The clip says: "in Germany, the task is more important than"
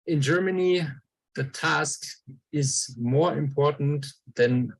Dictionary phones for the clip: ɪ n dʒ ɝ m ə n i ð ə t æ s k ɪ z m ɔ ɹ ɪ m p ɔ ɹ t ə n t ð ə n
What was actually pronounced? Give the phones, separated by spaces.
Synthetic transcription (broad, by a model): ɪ n dʒ ɝ m ə n i ð ə t æ s k ɪ z m ɔ ɹ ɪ m p ɔ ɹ t n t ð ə n